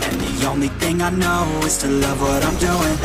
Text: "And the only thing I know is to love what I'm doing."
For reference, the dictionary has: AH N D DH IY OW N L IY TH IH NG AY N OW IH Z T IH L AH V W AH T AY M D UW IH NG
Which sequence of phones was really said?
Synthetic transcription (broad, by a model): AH N DH IY OW N L IY TH IH NG AY N OW IH Z T IH L AH V W AH T AY M D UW IH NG